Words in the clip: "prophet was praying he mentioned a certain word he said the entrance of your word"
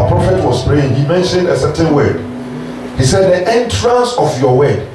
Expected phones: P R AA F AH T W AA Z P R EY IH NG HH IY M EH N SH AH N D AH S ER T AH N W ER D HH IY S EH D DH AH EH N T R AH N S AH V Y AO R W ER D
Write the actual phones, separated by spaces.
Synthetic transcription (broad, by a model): P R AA F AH T W AA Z P R EY IH NG HH IY M EH N SH AH N D AH S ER T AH N W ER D HH IY S EH D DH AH EH N T R AH N S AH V Y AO W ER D